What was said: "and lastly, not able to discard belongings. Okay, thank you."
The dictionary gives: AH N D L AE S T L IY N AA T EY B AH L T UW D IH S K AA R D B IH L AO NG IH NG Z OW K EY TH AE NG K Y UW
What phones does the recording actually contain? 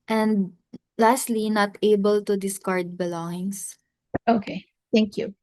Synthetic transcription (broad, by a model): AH N D L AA S T L IY N AA T EY B AH L T UW D IH S K AA R D B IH L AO NG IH NG S OW K EY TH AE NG K Y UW